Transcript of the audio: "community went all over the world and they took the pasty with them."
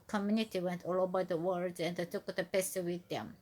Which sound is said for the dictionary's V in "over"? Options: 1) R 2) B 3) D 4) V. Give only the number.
2